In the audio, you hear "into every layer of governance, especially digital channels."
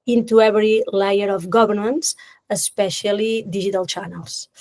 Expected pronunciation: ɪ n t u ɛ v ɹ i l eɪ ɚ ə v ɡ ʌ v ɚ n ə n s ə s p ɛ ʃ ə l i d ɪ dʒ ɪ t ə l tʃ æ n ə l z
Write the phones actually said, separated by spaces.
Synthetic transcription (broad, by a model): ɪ n t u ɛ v ɹ i l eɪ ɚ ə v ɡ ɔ b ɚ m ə n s ə s p ɛ ʃ ə l i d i ʒ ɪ t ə l tʃ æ n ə l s